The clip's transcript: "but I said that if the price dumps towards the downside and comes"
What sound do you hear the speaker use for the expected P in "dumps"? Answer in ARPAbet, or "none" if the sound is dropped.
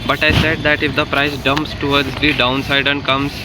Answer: P